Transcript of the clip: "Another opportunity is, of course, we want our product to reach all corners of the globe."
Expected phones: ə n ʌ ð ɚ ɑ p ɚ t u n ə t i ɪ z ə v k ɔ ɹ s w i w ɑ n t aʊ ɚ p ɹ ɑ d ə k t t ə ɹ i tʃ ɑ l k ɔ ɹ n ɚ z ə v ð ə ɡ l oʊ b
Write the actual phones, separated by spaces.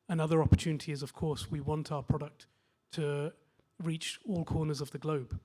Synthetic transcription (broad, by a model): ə n ʌ ð ɚ ɑ p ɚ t u n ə t i ɪ z ə v k ɔ ɹ s w i w ɑ n t aʊ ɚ p ɹ ɑ d ə k t t ə ɹ i tʃ ɑ l k ɔ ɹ n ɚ z ə v ð ə ɡ l oʊ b